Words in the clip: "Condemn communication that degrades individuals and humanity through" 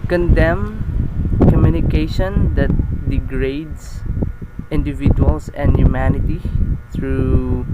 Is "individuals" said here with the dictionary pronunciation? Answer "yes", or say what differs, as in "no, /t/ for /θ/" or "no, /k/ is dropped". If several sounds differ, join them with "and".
no, /s/ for /z/